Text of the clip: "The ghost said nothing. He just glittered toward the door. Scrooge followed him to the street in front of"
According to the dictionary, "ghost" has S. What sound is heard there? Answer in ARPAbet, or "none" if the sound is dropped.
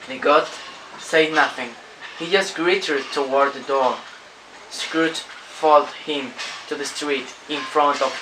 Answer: none